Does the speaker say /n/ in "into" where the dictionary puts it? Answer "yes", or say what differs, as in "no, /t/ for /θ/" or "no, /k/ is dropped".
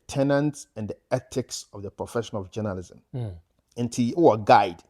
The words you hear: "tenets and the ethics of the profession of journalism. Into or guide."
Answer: yes